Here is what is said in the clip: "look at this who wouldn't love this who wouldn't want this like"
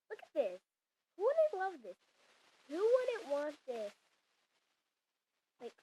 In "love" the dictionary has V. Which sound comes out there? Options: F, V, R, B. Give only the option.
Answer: V